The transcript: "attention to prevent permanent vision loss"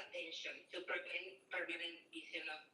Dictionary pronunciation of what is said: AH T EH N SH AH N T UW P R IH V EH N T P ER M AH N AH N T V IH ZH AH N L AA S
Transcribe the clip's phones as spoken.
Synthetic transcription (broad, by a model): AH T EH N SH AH N T UW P IH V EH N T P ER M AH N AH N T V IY S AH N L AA